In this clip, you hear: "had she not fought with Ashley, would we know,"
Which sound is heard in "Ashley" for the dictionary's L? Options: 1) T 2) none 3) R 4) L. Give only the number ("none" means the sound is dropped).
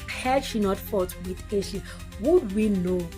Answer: 2